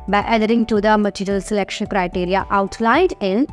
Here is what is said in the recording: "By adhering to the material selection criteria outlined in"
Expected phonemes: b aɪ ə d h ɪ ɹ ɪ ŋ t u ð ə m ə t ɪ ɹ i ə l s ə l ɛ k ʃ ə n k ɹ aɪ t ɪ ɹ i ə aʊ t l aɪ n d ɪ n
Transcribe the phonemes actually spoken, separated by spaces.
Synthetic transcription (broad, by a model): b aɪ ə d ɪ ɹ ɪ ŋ t u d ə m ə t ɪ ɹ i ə l s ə l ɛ k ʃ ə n k ɹ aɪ t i ɹ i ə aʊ t l aɪ d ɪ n